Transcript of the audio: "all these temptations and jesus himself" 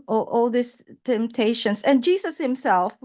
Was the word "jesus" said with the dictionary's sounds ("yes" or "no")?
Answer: no